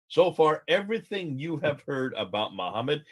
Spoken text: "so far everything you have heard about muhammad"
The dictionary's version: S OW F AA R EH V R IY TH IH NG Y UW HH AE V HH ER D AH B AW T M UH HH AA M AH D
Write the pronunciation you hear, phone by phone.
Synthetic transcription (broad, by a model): S OW F AA R EH V R IY TH IH NG Y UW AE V HH ER D AH B AW T M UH HH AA M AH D